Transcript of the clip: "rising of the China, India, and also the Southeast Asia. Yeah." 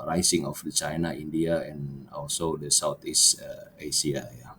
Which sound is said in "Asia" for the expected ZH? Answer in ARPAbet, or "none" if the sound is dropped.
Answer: S